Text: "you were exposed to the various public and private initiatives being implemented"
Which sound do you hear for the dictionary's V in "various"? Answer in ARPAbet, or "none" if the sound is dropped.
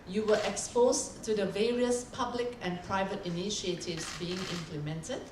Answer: V